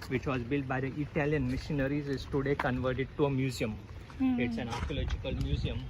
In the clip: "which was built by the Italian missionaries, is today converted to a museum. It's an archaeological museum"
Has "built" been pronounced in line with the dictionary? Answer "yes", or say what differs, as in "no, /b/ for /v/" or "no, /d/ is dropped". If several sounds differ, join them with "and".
yes